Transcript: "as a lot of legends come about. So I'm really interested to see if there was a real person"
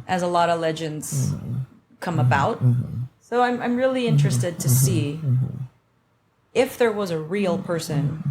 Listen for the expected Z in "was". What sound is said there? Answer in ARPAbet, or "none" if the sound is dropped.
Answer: Z